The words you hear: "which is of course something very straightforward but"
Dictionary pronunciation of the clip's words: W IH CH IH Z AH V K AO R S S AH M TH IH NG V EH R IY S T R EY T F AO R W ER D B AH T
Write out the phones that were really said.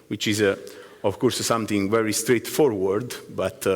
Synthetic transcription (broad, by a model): W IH CH IH Z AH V K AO R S S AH M T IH NG V EH R IY S T R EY T F AO R W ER D B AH T